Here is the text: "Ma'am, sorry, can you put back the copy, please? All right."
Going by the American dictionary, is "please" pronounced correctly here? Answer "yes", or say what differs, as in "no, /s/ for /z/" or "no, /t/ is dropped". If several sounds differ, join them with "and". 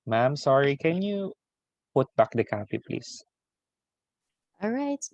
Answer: no, /s/ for /z/